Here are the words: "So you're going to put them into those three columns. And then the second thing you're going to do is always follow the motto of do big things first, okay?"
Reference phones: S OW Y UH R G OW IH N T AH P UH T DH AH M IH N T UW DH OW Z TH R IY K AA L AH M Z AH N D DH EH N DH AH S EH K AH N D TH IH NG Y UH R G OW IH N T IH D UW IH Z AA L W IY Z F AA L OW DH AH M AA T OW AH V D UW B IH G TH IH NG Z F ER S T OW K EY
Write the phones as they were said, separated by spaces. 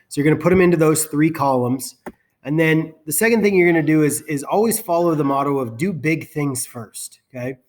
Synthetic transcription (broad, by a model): S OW Y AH R G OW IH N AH P UH T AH M IH N T UW DH OW Z TH R IY K AA L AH M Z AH N DH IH N DH AH S EH K AH N D TH IH NG Y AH R G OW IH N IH D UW IH Z AA L W IY Z F AA L OW DH AH M AA T OW AH V D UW B IH G TH IH NG Z F ER S T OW K EY